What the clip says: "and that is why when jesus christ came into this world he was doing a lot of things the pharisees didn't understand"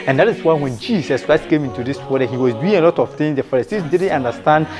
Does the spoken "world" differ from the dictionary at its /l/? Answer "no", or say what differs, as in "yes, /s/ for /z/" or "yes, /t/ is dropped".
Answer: yes, /l/ is dropped